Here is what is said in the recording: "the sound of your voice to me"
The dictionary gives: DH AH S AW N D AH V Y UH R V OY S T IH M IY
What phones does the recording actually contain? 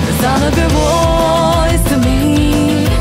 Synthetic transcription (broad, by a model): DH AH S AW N AH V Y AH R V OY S T IH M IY